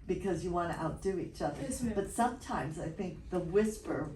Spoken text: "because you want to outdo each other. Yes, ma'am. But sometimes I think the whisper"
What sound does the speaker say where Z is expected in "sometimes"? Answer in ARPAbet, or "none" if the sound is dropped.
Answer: Z